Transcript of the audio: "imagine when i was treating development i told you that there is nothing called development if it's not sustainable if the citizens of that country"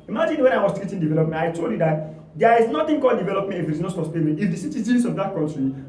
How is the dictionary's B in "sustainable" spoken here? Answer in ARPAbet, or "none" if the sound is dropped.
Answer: none